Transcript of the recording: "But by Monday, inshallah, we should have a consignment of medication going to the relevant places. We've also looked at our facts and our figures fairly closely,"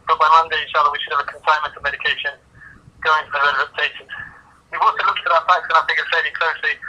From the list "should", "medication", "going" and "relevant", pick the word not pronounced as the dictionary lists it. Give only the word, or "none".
relevant